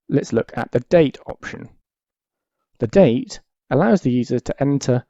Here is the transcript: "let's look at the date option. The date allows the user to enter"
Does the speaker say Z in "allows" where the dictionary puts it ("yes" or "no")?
yes